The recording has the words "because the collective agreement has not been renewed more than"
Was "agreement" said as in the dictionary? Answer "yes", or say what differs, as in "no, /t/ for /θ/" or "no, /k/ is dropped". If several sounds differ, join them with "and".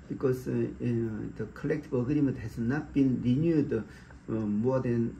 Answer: no, /n/ is dropped